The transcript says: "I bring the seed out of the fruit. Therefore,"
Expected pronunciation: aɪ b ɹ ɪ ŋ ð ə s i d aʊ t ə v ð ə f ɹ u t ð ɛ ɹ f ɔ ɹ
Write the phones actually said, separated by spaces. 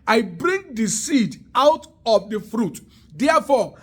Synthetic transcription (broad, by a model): aɪ b ɹ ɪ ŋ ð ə s i d aʊ t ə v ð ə f ɹ u t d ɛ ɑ f ɔ